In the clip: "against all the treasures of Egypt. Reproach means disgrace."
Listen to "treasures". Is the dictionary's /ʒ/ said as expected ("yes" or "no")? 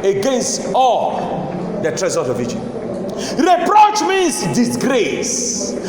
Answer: no